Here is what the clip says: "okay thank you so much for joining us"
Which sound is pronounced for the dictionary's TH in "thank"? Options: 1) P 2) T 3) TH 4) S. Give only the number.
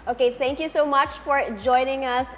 2